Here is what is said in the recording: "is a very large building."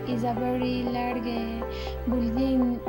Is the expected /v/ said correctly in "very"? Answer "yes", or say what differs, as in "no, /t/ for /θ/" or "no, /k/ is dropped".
no, /b/ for /v/